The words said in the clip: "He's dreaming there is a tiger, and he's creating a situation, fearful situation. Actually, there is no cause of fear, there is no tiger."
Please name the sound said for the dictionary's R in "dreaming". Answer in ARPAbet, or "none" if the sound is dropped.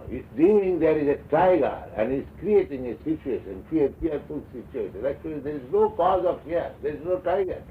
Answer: none